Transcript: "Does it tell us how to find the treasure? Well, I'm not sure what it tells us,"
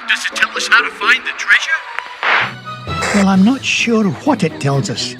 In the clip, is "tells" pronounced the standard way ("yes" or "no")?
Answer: yes